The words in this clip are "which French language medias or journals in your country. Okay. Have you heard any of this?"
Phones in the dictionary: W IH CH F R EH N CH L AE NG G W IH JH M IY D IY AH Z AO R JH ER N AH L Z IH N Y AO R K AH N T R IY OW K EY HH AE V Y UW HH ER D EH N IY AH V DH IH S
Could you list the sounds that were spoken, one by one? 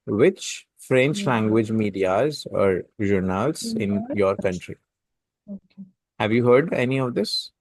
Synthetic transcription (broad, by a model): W IH CH F R EH N CH L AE NG G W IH JH M IY D IY AH Z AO R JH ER N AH L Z IH N Y AO R K AH N T R IY HH AE V Y UW HH ER D EH N IY AH V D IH S